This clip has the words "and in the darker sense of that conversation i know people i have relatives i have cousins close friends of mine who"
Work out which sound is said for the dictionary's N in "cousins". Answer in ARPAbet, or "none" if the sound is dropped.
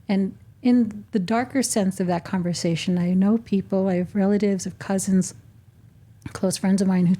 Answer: N